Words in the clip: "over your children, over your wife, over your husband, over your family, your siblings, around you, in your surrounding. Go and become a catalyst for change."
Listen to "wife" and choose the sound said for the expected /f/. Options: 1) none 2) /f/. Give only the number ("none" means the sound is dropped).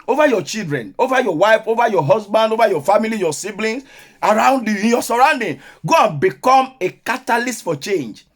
2